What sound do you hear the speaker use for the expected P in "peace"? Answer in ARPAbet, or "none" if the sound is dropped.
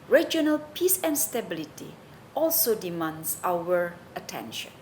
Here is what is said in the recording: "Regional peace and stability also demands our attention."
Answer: P